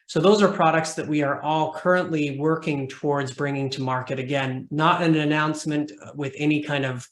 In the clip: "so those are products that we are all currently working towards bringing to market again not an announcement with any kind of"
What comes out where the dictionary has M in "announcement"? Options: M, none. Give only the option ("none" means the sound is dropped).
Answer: M